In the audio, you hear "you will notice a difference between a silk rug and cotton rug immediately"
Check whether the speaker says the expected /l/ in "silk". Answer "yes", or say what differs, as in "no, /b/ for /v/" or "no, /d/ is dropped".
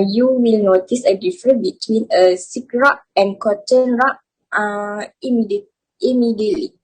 no, /l/ is dropped